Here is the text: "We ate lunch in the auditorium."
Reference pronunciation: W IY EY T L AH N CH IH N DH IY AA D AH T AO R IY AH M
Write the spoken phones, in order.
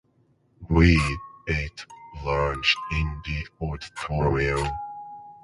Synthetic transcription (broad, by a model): W IY EY T L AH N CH IH N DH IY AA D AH T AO R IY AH